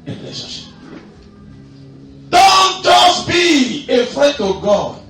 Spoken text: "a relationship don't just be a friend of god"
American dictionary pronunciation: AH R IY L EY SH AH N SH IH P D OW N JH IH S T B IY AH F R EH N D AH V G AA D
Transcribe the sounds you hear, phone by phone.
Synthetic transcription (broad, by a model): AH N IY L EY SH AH SH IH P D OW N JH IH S B IY AH F R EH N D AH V G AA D